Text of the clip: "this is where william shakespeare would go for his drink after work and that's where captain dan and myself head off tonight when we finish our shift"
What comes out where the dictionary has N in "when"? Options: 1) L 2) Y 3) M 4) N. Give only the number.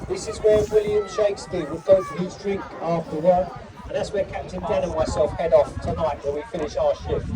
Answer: 1